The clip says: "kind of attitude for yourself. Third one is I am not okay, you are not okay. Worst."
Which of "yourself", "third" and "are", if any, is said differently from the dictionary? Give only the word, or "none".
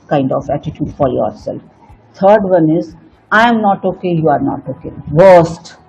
third